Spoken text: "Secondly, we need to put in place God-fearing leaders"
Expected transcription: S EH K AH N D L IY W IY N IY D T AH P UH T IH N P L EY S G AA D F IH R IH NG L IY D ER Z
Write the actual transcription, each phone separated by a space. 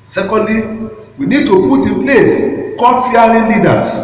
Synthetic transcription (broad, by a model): S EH K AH N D L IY W IY N IY D T AH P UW T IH P L EY S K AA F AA L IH L IY D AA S